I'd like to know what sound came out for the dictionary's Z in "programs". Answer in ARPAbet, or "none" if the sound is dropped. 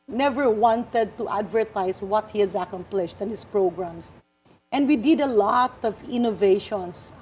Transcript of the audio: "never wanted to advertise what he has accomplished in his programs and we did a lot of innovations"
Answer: S